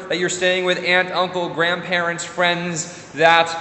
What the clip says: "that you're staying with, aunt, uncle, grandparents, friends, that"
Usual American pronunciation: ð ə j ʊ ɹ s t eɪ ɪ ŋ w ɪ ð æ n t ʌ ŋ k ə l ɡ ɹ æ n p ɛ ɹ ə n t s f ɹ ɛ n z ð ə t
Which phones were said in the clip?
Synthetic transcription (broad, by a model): ð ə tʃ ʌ ɹ s t eɪ ɪ ŋ w ɪ ð æ n t ʌ ŋ k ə l ɡ ɹ æ n p ɛ ɹ ə n t s f ɹ ɛ n z ð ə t